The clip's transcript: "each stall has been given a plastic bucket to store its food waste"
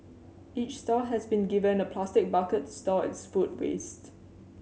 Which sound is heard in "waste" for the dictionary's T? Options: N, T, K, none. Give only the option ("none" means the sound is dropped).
T